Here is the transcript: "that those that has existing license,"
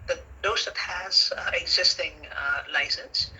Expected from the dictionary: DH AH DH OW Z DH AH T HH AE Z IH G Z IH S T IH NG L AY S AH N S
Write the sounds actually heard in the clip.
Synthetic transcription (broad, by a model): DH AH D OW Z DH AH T HH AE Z IH G Z IH S T IH NG L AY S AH N S